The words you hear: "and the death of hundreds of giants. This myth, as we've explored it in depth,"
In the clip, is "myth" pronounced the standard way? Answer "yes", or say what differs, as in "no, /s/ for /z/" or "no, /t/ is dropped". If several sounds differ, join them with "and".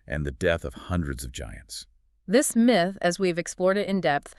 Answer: yes